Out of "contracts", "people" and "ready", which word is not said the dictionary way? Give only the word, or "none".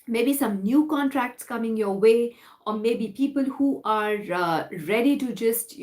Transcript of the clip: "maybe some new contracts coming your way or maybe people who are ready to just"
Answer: none